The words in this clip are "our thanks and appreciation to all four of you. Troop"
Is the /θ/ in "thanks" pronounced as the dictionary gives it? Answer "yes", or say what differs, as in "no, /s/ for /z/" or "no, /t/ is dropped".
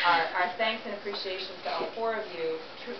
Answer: yes